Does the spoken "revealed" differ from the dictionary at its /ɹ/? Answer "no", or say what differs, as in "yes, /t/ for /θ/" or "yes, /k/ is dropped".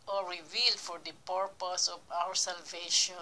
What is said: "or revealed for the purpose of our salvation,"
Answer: no